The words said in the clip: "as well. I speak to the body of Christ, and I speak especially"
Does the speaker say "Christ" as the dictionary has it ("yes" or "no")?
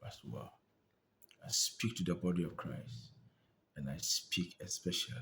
yes